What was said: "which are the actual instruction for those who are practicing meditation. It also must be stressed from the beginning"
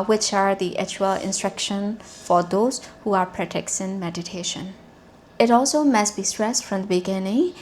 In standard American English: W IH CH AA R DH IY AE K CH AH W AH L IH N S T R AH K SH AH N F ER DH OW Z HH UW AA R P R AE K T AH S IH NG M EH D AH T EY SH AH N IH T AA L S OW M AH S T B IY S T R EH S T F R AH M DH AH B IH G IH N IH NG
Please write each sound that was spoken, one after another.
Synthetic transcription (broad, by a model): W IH CH AA R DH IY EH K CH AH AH L IH N S T R AH K SH AH N F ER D OW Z HH UW AA R P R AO T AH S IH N M EH D AH T EY SH AH N IH T AA L S OW M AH S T B IY S T R EH S T F R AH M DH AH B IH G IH N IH NG